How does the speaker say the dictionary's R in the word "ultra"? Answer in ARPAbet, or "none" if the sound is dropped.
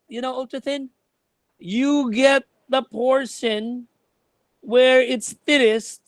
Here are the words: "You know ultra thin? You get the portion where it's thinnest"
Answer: none